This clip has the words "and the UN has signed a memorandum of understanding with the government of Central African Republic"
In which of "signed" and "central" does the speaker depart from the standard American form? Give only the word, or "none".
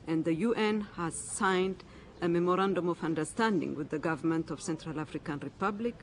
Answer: none